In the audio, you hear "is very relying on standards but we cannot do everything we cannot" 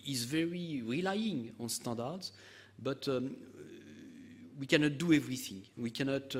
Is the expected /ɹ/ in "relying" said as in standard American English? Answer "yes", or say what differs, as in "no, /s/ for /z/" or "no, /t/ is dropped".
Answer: yes